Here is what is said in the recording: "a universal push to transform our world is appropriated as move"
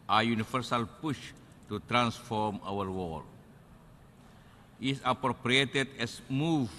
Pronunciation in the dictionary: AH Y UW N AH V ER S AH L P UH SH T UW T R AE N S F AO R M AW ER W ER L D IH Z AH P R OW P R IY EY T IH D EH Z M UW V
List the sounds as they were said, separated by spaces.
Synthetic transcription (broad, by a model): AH Y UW N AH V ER S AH L P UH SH T UW T R AE N S F AO R M AW ER W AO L IH S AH P R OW P R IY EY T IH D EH S M UW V